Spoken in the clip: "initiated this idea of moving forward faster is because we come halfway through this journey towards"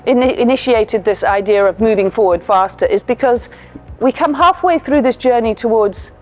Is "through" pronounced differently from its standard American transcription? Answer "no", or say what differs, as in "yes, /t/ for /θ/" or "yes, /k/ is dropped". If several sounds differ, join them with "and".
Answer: no